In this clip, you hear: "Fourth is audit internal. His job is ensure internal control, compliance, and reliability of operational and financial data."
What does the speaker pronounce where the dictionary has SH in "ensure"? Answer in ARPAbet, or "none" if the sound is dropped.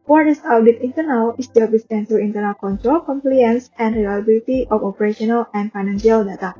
S